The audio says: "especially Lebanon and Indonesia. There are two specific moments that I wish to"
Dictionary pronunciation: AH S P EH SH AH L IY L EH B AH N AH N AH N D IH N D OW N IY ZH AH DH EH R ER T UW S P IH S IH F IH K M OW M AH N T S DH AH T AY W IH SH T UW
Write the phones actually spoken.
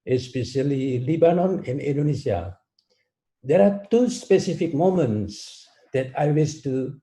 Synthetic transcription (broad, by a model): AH S P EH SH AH L IY L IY B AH N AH N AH N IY N D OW N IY S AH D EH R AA T UW S P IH S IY F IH K M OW M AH N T S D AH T AY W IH S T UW